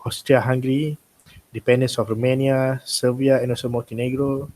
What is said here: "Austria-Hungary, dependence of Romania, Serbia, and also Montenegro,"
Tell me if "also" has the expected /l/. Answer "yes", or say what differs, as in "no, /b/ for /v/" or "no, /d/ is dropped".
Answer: no, /l/ is dropped